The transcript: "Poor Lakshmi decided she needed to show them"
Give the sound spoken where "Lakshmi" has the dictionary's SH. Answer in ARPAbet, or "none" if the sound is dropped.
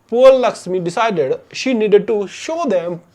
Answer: S